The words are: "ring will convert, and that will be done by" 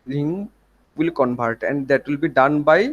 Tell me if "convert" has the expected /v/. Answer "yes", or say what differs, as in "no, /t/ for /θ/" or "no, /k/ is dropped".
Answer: no, /b/ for /v/